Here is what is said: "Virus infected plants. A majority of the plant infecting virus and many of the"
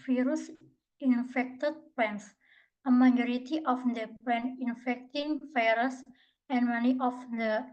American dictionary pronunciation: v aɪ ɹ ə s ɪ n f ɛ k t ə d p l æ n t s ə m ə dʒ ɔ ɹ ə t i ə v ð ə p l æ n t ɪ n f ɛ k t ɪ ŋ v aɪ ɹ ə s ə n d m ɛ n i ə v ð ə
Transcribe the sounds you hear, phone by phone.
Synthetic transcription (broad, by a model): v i ɹ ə s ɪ n f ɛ k t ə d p ɛ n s ə m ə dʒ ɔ ɹ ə t i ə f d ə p ɛ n ɪ n f ɛ k t ɪ ŋ f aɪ ɹ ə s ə n m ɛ n i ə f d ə